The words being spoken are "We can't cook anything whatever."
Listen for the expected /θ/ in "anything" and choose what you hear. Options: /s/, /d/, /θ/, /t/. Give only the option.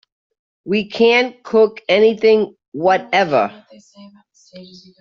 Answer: /θ/